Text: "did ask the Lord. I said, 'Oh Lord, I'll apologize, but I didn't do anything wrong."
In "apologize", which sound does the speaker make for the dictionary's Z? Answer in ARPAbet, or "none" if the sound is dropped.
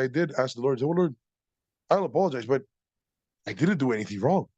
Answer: Z